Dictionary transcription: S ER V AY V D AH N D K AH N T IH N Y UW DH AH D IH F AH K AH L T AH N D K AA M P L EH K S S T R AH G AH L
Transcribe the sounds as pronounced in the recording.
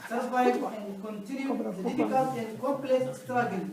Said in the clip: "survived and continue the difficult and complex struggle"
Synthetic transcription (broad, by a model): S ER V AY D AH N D K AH N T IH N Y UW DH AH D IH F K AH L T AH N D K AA P L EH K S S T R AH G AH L